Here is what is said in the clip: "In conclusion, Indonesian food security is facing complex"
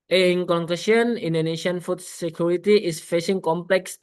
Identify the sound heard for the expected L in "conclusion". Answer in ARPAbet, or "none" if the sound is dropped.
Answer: none